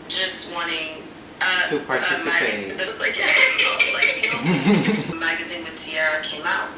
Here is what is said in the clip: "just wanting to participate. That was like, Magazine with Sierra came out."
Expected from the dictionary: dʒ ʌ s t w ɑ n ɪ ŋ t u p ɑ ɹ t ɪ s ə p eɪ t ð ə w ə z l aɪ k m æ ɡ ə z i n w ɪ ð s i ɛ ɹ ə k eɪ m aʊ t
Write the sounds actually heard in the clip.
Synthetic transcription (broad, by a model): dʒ ʌ s t w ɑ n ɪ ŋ t u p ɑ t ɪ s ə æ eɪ ð ə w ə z l aɪ k m æ ɡ ə z i n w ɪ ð s i ɛ ɹ ə k eɪ m aʊ t